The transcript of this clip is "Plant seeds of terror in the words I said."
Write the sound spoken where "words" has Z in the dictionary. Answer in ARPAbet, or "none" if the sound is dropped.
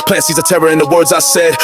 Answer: Z